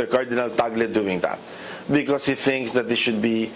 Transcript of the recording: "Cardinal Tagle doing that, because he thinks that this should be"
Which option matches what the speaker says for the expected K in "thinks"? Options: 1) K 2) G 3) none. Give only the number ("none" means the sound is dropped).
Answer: 1